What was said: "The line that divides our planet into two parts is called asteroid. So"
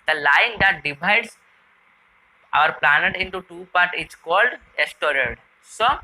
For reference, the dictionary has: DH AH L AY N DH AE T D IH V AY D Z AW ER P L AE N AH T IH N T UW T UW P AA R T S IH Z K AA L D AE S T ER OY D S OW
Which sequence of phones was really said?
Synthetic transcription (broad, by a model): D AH L AY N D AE T D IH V AY D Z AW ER P L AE N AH T IH N T UW T UW P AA R T IH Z K AA L D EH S T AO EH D S OW